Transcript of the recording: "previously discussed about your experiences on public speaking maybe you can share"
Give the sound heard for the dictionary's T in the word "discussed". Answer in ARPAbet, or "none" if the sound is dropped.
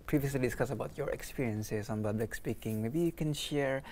none